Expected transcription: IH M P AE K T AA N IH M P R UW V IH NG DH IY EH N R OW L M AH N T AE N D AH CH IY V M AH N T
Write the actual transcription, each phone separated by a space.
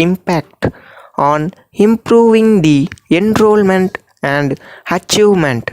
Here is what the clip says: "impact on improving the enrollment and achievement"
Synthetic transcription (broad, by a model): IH M P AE K T AA N IH M P R UW V IH NG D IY EH N R OW L M AH N T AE N D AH CH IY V M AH N T